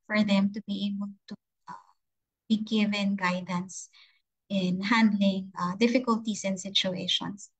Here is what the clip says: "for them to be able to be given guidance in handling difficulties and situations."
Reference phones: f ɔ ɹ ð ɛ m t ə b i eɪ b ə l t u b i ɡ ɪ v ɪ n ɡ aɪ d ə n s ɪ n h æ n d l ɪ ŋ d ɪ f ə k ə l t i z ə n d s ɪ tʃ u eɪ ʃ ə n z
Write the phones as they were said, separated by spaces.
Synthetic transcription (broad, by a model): f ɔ ɹ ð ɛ m t ə b i eɪ b ə l t u b i ɡ ɪ v ɪ n ɡ aɪ d ə n s ɪ n h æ n d l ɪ ŋ d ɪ f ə k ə l t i s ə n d s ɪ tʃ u eɪ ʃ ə n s